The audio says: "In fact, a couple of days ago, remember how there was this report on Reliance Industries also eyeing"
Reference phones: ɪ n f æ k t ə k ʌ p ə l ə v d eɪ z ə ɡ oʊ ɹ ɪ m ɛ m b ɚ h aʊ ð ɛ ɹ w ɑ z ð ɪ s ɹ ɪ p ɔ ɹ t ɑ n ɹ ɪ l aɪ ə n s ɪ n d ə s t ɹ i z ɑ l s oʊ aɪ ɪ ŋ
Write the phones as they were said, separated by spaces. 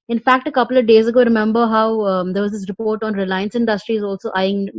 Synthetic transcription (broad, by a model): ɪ n f æ k t ə k ʌ p ə l ə v d eɪ z ə ɡ oʊ ɹ ɪ m ɛ m b ɚ h aʊ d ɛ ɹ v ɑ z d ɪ s ɹ ɪ p ɔ ɹ t ɑ n ɹ ɪ l aɪ ə n s ɪ n d ə s t ɹ i z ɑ l s oʊ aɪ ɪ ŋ